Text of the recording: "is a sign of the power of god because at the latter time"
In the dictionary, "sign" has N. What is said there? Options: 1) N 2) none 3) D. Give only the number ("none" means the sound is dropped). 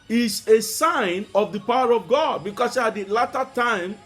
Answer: 1